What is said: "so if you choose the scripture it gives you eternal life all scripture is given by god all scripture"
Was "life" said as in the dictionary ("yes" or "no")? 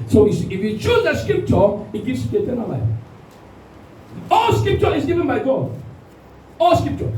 no